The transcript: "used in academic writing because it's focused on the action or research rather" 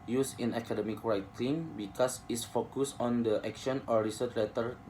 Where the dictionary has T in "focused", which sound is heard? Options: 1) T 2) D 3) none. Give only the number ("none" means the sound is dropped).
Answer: 3